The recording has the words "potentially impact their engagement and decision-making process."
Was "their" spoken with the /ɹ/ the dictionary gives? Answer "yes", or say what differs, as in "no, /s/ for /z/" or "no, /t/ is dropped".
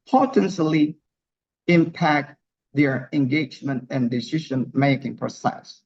yes